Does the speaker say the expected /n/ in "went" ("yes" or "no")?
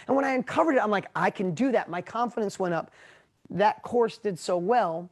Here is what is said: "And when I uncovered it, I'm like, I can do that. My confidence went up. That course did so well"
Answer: no